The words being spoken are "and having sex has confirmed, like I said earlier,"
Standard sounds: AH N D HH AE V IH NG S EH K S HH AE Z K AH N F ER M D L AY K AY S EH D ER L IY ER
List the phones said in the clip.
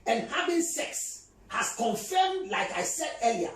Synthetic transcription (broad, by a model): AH N HH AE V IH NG S EH K S HH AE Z K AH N F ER M D L AY K AY S EH D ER L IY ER